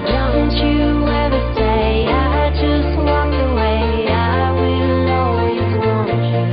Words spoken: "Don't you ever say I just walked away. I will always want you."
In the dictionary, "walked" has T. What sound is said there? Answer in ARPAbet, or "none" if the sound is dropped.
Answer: none